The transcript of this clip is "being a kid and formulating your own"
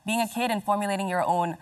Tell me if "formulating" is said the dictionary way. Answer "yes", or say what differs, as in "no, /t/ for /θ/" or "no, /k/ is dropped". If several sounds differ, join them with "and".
yes